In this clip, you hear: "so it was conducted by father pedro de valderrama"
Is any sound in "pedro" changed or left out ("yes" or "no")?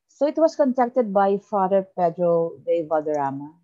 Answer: no